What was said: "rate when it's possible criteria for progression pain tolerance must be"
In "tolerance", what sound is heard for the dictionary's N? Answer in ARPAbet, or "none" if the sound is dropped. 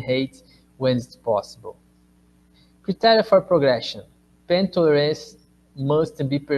none